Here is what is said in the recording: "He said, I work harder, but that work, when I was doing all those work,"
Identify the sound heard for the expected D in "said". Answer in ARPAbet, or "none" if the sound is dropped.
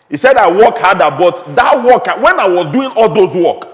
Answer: D